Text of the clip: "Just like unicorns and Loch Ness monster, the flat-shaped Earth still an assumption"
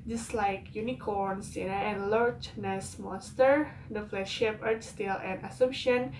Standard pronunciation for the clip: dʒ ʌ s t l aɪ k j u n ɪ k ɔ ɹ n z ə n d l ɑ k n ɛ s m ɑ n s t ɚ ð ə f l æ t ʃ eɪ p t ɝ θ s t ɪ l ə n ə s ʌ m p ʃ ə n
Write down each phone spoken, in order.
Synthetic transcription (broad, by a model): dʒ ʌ s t l aɪ k j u n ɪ k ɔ ɹ n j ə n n l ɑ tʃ n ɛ s m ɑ s t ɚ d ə f l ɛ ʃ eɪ p ɝ t s t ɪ l ə n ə s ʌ m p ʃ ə n